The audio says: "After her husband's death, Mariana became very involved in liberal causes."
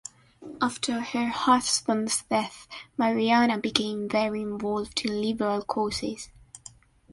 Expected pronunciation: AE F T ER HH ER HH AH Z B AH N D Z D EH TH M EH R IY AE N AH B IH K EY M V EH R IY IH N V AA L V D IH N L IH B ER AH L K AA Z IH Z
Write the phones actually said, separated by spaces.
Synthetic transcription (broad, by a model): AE F T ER HH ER HH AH S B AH N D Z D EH TH M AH R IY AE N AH B IH K EY M V EH R IY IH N V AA L V D IH N L IH B ER AH L K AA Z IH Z